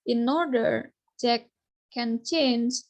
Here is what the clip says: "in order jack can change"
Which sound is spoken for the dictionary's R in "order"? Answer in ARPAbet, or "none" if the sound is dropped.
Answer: R